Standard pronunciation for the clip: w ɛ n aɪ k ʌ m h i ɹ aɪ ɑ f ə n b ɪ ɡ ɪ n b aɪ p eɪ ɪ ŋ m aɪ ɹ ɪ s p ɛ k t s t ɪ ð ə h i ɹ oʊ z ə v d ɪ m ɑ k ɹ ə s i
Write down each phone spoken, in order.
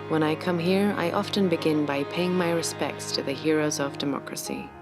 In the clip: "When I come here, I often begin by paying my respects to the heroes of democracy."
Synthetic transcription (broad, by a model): w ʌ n aɪ k ʌ m h i ɹ aɪ ɑ f ə n b ɪ ɡ ɪ n b aɪ p eɪ ɪ ŋ m aɪ ɹ ɪ s p ɛ k t s t ɪ ð ə h i ɹ oʊ z ə v d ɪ m ɑ k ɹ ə s i